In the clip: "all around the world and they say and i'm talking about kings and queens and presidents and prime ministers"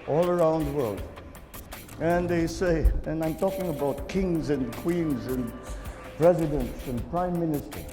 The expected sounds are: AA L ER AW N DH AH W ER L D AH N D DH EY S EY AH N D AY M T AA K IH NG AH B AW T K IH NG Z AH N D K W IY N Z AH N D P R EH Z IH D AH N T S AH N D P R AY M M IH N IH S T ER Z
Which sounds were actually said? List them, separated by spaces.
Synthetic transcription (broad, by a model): AA L ER AW N DH AH W ER L D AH N DH EY S EY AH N AY M T AA K IH NG AH B AW T K IH NG Z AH N K W IY N Z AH N P R EH Z IH D AH N T S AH N P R AY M M IH N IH S T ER